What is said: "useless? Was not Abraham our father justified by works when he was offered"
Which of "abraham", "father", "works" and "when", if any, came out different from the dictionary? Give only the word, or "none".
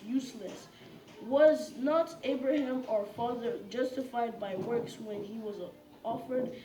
none